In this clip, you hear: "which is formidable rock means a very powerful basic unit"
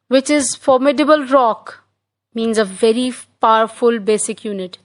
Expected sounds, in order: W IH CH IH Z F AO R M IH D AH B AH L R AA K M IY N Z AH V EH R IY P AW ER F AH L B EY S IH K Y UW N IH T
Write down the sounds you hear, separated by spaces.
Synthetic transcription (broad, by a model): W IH CH IH Z F AO R M IH D AH B AH L R AA K M IY N Z AH V EH R IY P AW ER F AH L B EY S IH K Y UW N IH T